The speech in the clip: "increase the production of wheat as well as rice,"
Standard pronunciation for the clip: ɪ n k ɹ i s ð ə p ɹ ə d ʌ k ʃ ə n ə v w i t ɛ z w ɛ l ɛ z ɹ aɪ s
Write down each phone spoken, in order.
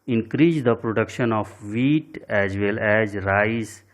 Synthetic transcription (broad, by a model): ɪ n k ɹ i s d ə p ɹ ə d ʌ k ʃ ə n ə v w i t ɛ z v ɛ l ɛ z ɹ aɪ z